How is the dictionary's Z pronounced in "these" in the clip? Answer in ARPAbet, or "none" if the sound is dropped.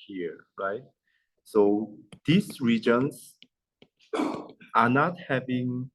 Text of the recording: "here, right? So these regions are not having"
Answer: S